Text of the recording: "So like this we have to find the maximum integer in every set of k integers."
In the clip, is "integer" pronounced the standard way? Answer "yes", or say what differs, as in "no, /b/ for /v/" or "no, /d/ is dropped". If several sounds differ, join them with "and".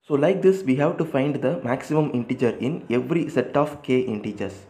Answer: yes